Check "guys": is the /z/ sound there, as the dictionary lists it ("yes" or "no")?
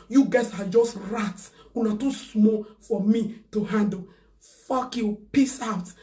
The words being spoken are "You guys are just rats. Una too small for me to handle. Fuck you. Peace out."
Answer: no